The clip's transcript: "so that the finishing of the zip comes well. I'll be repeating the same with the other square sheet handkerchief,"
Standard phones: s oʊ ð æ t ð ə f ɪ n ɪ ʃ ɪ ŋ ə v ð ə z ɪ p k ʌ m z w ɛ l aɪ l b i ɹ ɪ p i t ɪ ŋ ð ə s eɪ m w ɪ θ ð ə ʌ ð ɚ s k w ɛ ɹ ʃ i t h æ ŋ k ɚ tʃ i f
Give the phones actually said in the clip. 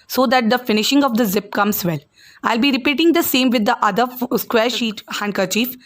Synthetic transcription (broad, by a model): s oʊ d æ t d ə f ɪ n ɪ ʃ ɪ ŋ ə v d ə z ɪ p k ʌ m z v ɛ l aɪ l b i ɹ ɪ p i t ɪ ŋ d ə s eɪ m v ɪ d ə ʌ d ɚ s k w ɛ ɹ ʃ i t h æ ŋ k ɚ tʃ i f